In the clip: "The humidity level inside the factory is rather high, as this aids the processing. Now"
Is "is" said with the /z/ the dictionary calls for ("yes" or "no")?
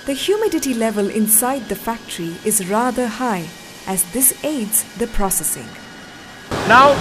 yes